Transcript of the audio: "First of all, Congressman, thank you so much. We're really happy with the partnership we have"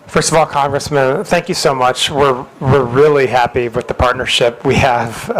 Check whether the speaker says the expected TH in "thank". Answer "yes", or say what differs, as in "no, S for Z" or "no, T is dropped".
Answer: yes